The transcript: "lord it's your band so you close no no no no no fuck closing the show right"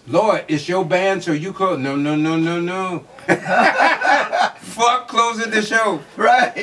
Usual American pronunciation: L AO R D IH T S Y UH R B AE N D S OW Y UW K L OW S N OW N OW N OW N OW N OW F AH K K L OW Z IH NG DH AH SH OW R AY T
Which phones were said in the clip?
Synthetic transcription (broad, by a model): L AO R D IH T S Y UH B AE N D S OW Y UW K OW N OW N OW N OW N OW N OW F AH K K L OW Z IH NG DH AH SH OW R AY T